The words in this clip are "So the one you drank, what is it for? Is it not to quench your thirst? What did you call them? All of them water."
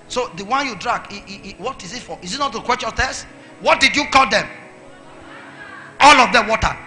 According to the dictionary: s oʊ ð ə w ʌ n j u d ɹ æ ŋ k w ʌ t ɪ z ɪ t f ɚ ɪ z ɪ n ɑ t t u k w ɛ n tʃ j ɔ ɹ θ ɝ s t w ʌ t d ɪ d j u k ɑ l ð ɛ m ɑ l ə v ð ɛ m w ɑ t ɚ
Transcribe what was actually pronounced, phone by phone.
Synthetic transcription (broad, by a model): s oʊ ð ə w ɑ n j u d ɹ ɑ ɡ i w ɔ t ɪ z ɪ t f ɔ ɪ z ɪ n ɑ t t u k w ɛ tʃ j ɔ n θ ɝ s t w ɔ t d ɪ d j u k ɑ l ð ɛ m ɑ l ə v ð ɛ w ɑ t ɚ